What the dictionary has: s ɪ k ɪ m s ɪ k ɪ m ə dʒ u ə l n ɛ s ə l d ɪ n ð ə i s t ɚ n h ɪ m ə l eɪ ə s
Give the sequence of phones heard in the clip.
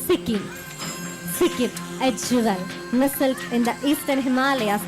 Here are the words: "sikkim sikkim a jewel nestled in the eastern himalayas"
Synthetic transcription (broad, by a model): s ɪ k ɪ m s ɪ k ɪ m ə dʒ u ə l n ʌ s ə l ɪ n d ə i s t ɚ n h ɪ m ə l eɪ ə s